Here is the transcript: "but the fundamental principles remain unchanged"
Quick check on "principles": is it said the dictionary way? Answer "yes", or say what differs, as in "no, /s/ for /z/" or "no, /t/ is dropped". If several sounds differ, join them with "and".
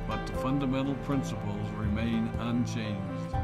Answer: yes